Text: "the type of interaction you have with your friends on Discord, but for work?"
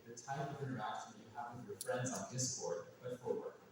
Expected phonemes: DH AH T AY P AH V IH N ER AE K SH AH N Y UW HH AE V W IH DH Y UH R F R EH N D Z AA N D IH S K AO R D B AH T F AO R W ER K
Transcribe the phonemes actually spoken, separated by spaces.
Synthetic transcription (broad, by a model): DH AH T AY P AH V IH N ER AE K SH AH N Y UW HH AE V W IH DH Y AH R F R EH N D Z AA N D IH S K AO R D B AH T F AO R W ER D